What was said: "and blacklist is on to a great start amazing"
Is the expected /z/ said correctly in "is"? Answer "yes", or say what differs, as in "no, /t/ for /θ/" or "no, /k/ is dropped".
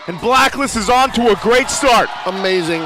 yes